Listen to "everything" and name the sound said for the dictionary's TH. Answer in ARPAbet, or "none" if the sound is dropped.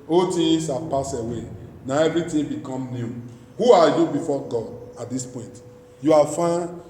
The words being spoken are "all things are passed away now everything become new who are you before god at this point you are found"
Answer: T